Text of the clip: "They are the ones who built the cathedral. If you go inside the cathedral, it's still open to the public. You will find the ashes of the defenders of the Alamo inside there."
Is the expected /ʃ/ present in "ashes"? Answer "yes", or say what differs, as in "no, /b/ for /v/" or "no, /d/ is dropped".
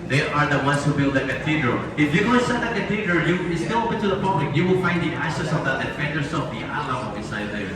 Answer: no, /s/ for /ʃ/